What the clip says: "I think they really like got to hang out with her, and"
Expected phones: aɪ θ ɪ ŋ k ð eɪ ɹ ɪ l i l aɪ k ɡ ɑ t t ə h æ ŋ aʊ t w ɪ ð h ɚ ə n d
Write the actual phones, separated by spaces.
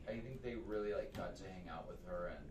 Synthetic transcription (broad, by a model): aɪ θ ɪ ŋ k ð eɪ ɹ ɪ l i l aɪ k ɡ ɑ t s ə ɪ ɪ ŋ aʊ t w ɪ ð ɚ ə n